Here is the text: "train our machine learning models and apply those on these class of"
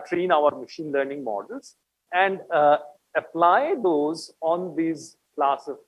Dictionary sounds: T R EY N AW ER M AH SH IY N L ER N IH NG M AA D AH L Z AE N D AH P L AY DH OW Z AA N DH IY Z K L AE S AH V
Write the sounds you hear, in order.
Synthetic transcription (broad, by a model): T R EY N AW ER M AH SH IY N L ER N IH NG M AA D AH L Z AE N D AH P L AY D OW Z AA N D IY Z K L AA S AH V